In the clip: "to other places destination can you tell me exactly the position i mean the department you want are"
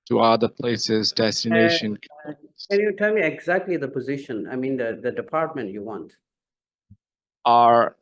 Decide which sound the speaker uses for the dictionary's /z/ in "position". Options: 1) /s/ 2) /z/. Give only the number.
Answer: 2